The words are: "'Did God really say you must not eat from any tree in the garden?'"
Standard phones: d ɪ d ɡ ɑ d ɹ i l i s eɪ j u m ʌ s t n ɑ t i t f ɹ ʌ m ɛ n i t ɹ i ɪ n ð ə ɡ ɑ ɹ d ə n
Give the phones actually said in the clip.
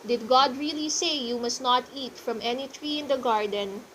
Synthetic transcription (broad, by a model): d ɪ d ɡ ɑ d ɹ i l i s eɪ j u m ʌ s t n ɑ t i t f ɹ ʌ m ɛ n i t ɹ i ɪ n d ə ɡ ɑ ɹ d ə n